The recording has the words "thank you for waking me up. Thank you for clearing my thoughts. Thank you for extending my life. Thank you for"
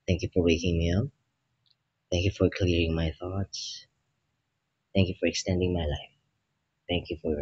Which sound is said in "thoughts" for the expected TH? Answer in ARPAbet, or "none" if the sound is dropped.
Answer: TH